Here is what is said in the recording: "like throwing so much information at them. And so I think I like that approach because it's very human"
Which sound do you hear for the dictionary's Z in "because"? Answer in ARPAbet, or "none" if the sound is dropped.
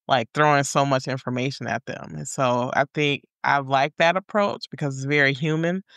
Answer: Z